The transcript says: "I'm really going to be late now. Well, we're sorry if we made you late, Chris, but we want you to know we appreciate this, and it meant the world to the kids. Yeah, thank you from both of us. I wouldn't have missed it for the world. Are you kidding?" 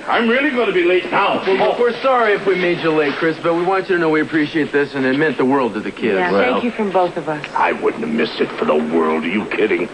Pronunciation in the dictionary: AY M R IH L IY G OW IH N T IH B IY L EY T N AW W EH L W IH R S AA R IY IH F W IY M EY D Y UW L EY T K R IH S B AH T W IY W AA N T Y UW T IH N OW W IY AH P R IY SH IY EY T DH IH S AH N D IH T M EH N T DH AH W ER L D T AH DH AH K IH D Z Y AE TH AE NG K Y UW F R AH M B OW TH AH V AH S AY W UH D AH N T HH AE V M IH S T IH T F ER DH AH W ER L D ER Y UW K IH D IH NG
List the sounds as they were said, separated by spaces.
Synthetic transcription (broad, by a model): AY M R IH L IY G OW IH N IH B IY L EY T N AW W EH W W IH R S AA R IY IH F W IY M EY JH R L EY T K R IH S B AH T W IY W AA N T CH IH T IH N OW W IY AH P R IY SH IY EY T DH IH S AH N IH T M EH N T DH AH W ER L D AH DH AH K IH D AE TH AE K Y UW F R AH M B OW TH AH V AH S AY W UH D N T M IH S IH T F ER DH AH W ER L D ER Y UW K IH D IH NG